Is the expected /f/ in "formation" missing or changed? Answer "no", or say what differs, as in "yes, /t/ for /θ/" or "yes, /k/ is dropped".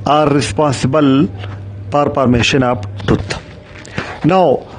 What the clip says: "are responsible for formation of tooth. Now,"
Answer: yes, /p/ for /f/